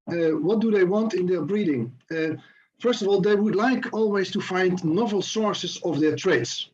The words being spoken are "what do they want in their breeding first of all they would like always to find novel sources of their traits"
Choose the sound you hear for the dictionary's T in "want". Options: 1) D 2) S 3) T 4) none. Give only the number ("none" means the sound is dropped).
3